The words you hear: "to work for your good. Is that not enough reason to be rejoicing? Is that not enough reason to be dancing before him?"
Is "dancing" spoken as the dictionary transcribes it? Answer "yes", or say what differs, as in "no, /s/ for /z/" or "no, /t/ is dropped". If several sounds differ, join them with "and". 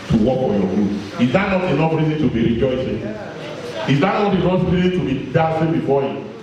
no, /n/ is dropped